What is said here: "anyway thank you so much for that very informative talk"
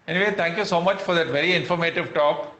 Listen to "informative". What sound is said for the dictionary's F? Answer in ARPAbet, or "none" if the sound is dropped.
F